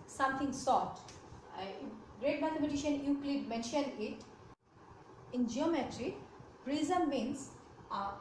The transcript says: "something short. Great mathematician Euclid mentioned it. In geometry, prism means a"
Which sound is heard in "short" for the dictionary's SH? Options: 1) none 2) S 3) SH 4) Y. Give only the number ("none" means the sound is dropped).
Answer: 2